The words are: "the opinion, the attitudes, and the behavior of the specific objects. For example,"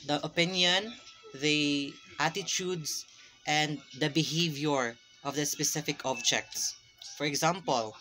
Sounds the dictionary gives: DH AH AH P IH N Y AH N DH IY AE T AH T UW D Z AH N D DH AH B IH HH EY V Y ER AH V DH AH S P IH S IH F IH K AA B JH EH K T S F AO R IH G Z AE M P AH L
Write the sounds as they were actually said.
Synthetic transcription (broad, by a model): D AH AH P IH N Y AH N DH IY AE T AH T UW D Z AH N D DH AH B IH HH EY V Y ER AH V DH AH S P IH S IH F IH K AA B JH EH K T S F AO R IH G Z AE M P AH L